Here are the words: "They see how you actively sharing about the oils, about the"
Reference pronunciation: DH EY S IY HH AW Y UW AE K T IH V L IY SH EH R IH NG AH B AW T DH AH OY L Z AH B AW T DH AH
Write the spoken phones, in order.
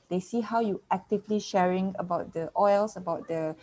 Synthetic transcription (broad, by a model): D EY S IY HH AW Y UW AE K T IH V L IY SH EH R IH NG AH B AW T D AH OY L S AH B AW T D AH